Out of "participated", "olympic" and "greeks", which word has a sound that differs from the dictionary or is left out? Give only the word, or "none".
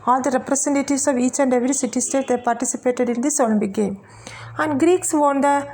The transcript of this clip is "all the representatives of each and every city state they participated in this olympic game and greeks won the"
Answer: olympic